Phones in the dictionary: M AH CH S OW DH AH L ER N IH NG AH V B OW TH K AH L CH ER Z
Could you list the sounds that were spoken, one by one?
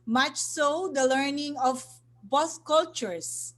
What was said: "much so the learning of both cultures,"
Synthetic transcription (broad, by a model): M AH CH S OW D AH L ER N IH NG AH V B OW S K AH L CH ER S